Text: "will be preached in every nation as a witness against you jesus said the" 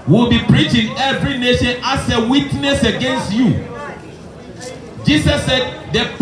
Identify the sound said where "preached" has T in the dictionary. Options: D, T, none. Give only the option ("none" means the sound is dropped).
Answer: none